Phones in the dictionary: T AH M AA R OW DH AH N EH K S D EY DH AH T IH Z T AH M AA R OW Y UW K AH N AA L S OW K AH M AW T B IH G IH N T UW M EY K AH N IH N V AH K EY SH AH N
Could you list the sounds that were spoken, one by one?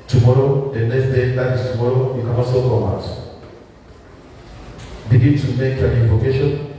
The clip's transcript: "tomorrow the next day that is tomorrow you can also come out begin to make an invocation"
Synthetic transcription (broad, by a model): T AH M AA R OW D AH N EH S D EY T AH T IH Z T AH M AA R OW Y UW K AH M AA S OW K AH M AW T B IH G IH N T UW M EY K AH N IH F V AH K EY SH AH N